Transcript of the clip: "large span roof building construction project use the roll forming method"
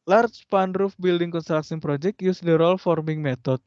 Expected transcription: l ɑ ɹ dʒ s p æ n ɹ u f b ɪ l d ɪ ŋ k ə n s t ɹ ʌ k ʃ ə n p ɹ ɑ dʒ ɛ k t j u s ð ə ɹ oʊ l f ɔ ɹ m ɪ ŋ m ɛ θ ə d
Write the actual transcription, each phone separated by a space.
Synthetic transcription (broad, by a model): l ɑ ɹ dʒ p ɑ n ɹ u f b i l d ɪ ŋ k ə n s t ɹ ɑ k s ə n p ɹ ɑ dʒ ɛ k t j u s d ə ɹ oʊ l f ɔ ɹ m ɪ ŋ m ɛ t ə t